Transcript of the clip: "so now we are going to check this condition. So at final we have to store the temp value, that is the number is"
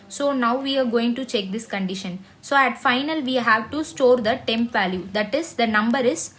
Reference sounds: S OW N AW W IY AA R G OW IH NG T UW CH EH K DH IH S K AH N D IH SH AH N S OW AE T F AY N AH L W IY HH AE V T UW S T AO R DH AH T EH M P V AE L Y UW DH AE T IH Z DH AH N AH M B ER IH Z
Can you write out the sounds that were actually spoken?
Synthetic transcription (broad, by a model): S OW N AW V IY AA R G OW IH NG T UW CH EH K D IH S K AH N D IH SH AH N S OW AE T F AY N AH L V IY HH AE V T UW S T AO R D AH T EH M P V AE L Y UW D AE T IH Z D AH N AH M B ER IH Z